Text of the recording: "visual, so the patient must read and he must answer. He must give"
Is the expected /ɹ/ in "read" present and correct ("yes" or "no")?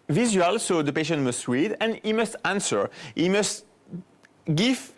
no